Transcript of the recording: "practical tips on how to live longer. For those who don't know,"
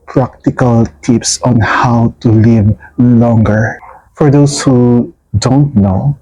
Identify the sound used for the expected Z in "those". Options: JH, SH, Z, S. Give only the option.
S